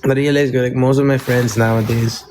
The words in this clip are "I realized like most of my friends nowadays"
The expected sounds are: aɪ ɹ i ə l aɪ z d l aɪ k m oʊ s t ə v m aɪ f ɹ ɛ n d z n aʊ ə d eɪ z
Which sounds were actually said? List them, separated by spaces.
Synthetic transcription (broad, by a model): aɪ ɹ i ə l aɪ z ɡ l aɪ k m oʊ s t ə v m aɪ f ɹ ɛ n d z n aʊ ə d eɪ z